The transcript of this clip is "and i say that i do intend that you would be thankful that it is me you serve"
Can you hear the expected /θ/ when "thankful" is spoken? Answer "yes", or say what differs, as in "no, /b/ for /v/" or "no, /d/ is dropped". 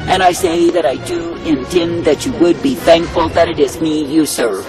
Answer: yes